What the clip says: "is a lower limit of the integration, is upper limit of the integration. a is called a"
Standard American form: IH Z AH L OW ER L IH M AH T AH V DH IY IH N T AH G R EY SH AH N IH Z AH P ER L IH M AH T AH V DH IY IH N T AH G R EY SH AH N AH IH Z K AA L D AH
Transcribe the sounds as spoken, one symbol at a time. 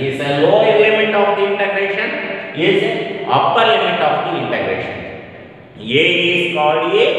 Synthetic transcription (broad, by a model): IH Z AH L OW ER L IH M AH T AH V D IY IH N T AH G R EY SH AH N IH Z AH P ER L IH M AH T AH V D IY IH N T AH G R EY SH AH N AH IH S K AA D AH